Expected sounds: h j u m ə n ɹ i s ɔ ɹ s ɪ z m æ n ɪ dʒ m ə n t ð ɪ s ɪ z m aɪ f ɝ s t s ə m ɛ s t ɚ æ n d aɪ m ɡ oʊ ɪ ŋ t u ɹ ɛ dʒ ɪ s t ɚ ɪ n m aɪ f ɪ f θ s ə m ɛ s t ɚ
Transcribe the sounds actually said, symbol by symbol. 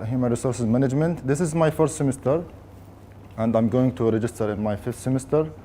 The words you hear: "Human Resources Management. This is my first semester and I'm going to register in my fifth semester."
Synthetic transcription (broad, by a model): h j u m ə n ɹ i s ɔ ɹ s ɪ z m æ n ɪ dʒ m ə n t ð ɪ s ɪ z m aɪ f ɝ s t s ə m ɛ s t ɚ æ n d aɪ m ɡ oʊ ɪ ŋ t u ɹ ɛ dʒ ɪ s t ɚ ɪ n m aɪ f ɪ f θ s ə m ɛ s t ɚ